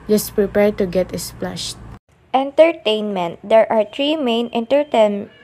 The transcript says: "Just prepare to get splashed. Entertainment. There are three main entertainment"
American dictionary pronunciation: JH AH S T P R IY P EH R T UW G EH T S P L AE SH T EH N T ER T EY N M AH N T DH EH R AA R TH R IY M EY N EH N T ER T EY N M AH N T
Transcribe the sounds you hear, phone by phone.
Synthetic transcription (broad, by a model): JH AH S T P R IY P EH R T UW G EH T S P L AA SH T EH N T ER T EY N M AH N T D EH R AA R T R IY M EY N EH N T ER T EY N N